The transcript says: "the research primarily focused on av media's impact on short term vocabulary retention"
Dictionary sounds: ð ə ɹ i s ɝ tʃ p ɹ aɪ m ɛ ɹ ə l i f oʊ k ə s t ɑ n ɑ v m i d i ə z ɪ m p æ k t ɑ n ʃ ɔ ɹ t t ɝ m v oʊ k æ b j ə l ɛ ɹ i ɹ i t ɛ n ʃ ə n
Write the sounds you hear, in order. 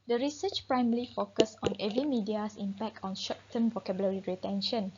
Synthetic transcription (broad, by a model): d ə ɹ i s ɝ tʃ p ɹ aɪ m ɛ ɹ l i f oʊ k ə s ɑ n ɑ v m i d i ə s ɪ m p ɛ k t ɑ n ʃ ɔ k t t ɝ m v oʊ k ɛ b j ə l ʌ ɹ i ɹ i t ɛ n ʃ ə n